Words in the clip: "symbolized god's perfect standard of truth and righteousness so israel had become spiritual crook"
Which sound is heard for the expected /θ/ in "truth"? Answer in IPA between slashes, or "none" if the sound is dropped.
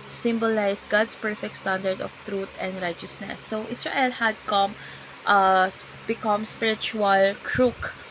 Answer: /t/